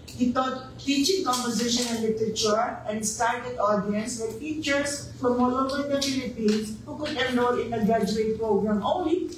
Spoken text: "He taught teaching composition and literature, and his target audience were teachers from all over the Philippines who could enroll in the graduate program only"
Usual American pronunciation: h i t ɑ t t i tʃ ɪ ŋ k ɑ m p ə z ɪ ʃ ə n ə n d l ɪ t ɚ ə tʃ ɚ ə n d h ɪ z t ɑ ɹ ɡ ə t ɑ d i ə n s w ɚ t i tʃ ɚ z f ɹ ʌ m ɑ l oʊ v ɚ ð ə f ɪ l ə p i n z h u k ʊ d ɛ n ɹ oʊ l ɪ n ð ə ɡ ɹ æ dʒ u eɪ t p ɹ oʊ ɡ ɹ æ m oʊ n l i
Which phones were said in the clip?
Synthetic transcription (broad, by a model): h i t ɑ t t i tʃ ɪ ŋ k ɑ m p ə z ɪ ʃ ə n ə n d l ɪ t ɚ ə tʃ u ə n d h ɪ s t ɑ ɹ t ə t ɑ d i ə n s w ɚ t i tʃ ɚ s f ɹ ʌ m ɑ l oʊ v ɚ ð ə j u n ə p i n s h u k ʊ d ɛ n oʊ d ɪ n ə ɡ ɹ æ dʒ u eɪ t p ɹ oʊ ɡ ɹ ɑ m oʊ n l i